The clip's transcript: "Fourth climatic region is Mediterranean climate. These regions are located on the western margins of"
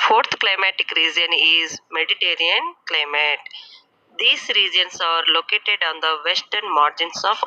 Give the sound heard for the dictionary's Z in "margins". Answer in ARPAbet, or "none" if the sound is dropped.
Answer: S